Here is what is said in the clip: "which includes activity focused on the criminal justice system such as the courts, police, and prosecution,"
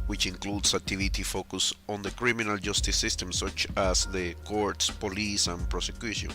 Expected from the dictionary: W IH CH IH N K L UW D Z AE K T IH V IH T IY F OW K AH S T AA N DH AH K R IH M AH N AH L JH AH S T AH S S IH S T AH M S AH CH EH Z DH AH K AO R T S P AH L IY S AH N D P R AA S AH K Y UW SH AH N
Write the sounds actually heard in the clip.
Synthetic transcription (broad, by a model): W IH CH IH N K L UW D S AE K T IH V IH T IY F OW K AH S AA N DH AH K R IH M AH N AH L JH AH S T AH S S IH S T AH M S AH CH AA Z DH AH K AO R T S P AH L IY S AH N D P R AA S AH K Y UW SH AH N